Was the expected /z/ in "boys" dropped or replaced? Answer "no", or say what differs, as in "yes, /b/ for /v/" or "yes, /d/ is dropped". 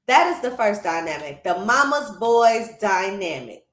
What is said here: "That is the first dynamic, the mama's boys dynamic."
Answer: no